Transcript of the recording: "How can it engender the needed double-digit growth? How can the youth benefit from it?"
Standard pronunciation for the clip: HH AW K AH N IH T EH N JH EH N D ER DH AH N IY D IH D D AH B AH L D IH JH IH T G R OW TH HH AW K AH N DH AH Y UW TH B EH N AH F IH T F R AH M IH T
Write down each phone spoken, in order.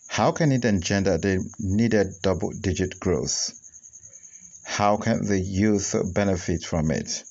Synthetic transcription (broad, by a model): HH AW K AH N IH T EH N JH EH N D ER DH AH N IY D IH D D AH B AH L D IH JH IH T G R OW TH HH AW K AH N DH AH Y UW TH B EH N AH F IH T F R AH M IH T